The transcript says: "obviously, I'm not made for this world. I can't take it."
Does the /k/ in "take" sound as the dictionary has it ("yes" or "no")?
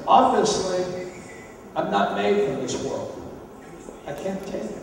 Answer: no